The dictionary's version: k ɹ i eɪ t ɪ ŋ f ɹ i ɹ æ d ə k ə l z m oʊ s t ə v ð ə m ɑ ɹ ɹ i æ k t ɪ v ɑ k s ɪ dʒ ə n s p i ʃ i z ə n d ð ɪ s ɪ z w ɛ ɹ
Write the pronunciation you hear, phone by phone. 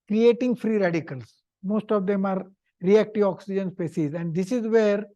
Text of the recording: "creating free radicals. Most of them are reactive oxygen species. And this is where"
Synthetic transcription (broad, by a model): k ɹ i eɪ t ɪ ŋ f ɹ i ɹ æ d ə k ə l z m oʊ s t ə v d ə m ɑ ɹ ɹ i æ k t ɪ v ɑ k s ɪ dʒ ə n s p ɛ s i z ə n d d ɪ s ɪ z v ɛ ɹ